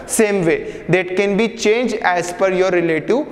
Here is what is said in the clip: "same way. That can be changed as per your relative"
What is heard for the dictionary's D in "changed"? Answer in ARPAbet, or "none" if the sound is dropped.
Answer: none